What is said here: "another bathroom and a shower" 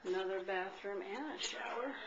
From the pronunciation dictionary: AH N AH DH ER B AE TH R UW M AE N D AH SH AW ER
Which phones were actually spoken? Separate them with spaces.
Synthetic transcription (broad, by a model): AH N AH DH ER B AE TH R UW M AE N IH AH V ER